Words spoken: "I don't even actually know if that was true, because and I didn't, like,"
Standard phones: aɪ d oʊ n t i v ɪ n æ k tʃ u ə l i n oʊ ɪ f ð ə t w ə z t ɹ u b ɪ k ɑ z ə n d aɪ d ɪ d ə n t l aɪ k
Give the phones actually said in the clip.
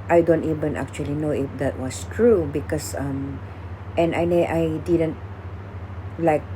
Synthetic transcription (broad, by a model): aɪ d oʊ n t i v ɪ n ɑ k tʃ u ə l i n oʊ ɪ f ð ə t w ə s t ɹ u b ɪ k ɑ s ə n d aɪ d ɪ d ə n t l aɪ k